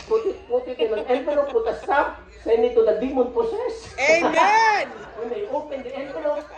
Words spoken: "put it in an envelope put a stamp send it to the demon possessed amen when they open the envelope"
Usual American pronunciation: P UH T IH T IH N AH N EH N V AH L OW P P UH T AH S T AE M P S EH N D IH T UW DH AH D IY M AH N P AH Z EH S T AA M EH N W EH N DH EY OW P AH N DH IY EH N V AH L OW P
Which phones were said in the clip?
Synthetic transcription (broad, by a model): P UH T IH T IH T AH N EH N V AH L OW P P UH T AH S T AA P S EH N D IH T UW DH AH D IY M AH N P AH S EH S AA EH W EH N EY OW P AH N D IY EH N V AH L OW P